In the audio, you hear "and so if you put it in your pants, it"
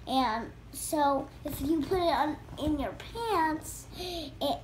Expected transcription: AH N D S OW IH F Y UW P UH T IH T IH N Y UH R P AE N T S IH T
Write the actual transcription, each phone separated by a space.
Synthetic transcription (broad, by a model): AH N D S OW IH F Y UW P UH T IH T IH N Y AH R P AE N T S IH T